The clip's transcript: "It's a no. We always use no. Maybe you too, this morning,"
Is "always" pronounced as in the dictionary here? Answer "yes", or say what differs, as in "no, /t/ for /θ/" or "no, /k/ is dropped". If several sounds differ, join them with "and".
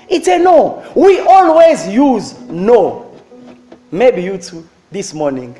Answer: yes